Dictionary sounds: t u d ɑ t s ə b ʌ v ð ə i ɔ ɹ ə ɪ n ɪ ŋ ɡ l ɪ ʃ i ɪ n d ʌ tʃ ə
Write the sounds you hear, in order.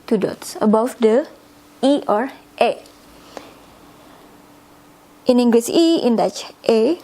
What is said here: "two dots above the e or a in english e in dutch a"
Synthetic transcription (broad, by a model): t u d ɑ t s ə b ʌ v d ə i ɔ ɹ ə ɪ n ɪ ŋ ɡ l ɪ s i ɪ n d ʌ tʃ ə